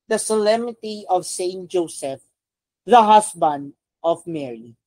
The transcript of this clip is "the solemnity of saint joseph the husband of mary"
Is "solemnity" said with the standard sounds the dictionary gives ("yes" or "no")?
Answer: no